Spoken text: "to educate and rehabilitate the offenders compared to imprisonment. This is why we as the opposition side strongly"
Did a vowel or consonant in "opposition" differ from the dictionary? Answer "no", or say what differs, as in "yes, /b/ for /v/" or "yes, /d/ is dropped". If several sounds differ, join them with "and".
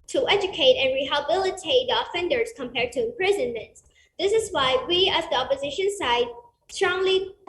no